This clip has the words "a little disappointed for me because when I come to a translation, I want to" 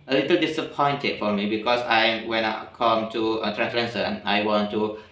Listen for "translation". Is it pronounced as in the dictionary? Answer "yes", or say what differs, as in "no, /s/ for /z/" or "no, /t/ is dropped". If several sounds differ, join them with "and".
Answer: no, /s/ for /ʃ/